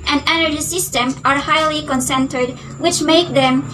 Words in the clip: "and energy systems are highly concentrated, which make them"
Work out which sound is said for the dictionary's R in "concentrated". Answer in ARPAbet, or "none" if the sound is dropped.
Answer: none